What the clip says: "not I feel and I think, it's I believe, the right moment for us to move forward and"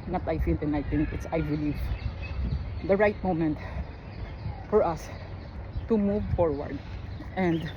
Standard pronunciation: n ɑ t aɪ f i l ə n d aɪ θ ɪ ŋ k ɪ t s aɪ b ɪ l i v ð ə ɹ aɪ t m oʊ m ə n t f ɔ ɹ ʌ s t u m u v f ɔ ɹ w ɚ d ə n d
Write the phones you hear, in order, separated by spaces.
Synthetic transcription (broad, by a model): n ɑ t aɪ f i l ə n aɪ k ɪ k ɪ t s aɪ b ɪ l i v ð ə ɹ aɪ t m oʊ m ə n t f ɔ ɹ ʌ s t u m u v f ɔ ɹ w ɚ d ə n d